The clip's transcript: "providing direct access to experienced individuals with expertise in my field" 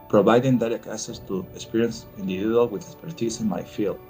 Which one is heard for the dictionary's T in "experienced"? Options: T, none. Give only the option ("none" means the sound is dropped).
none